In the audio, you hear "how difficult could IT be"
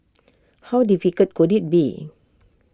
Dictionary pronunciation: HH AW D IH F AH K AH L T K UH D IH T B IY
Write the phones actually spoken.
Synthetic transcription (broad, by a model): HH AW D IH F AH K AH T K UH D IH T B IY